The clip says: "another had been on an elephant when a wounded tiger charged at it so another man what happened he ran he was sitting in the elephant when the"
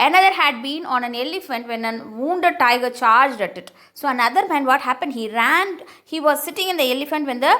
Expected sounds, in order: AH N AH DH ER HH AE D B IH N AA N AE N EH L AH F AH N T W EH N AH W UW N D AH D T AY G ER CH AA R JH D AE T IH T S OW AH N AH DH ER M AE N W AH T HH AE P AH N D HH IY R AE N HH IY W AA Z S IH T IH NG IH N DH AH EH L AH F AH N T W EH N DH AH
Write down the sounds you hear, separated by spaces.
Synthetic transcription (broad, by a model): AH N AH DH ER HH AE D B IH N AA N AE N EH L AH F AH N T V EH N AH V UW N D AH D T AY G ER CH AA R JH D AE T IH T S OW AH N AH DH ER M AE N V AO T HH AE P AH N D HH IY R AE N HH IY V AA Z S IH T IH NG IH N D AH EH L AH F AH N T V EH N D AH